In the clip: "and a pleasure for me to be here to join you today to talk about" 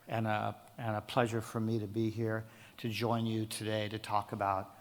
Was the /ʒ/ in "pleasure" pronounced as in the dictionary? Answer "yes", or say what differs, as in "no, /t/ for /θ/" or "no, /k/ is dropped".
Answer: yes